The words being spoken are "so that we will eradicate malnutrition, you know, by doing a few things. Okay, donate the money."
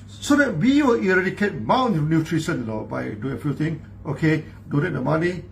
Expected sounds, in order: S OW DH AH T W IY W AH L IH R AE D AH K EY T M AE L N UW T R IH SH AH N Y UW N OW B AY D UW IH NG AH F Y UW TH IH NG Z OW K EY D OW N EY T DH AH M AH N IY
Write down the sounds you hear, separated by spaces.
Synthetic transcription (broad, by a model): S OW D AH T W IY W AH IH R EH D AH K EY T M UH N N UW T R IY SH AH N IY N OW B AY D UW IH NG AH F Y UW T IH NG OW K EY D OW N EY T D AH M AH N IY